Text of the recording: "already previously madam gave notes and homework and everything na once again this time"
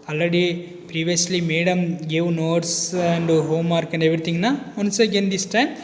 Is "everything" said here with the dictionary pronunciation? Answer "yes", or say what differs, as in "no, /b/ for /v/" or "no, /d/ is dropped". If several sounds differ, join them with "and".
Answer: no, /t/ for /θ/